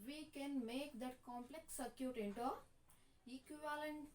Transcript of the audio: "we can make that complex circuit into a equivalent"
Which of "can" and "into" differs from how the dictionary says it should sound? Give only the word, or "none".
none